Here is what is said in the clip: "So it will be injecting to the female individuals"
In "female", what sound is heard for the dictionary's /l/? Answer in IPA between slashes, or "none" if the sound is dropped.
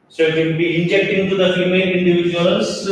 /n/